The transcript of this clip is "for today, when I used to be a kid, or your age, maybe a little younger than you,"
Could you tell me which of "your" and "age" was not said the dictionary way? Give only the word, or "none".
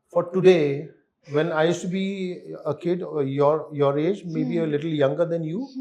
none